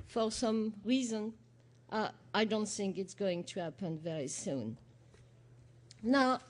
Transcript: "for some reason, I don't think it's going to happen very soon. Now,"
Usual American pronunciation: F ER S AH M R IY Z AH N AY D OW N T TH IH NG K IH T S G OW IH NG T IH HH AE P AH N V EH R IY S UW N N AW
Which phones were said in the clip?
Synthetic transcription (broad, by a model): F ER S AH M R IY Z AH N AY D OW N T TH IH NG K IH T S G OW IH NG T IH HH AE P AH N V EH R IY S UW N N AW